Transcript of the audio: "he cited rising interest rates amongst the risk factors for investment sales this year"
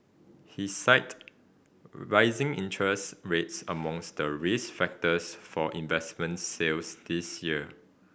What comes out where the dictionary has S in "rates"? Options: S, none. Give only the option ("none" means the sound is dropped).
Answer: S